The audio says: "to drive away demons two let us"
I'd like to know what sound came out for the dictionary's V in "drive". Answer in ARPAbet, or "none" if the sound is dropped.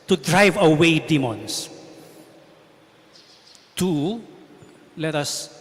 V